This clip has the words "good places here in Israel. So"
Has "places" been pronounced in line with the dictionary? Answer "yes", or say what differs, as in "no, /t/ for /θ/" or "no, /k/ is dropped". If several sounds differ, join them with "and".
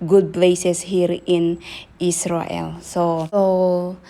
no, /s/ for /z/